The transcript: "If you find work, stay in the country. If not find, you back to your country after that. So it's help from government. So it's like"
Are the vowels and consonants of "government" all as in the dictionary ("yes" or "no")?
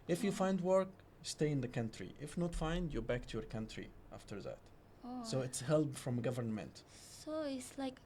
yes